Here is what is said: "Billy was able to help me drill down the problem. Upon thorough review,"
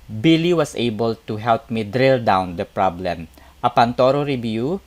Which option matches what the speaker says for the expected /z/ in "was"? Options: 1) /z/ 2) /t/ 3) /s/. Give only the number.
3